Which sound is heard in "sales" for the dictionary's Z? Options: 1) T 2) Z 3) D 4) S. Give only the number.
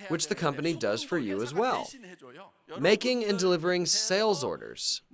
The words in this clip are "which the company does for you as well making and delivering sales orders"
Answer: 2